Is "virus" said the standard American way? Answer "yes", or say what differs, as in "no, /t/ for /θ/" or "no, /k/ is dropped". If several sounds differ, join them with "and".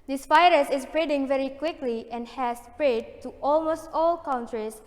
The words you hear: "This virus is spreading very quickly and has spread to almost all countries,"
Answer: no, /f/ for /v/